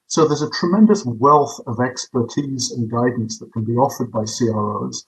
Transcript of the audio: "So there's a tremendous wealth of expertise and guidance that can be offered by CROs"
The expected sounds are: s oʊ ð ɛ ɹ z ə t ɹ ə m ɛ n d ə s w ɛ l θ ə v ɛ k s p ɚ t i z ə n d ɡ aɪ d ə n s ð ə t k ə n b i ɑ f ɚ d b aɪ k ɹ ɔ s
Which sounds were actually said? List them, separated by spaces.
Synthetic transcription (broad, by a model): s oʊ ð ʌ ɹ z ə t ɹ ə m ɛ n d ə s w ɛ l θ ə v ɛ k s p ɚ t i z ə n ɡ aɪ d n s ð ə t k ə n b i ɑ f ɚ d b aɪ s ɹ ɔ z